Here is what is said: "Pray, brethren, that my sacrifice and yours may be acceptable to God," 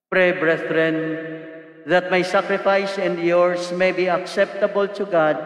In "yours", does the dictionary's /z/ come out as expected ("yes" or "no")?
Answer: no